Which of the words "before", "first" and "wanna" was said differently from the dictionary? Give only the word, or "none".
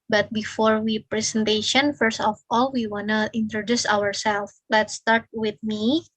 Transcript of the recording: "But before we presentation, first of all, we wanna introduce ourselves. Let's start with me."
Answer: none